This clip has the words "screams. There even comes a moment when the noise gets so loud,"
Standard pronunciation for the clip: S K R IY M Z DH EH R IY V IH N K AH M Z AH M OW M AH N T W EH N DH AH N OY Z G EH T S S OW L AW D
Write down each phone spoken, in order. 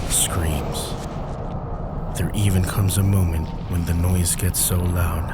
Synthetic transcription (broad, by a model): S K R IY M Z DH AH R IY V IH N K AH M Z AH M OW M AH N T W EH N DH AH N OY Z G EH T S S OW L AW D